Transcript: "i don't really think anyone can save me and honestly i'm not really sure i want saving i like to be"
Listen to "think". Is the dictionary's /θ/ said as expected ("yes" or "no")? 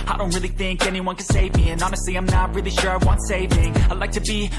yes